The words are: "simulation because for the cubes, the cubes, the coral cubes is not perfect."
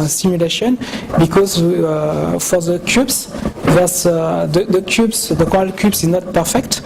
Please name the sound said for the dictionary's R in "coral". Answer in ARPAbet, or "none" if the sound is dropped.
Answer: none